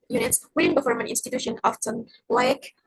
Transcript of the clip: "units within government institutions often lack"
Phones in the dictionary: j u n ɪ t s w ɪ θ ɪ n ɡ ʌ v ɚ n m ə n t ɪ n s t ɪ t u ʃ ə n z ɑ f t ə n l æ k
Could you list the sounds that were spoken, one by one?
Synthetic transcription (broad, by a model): j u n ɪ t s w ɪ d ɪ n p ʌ f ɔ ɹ m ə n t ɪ n s t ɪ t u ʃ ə n ɑ f t ə n l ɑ k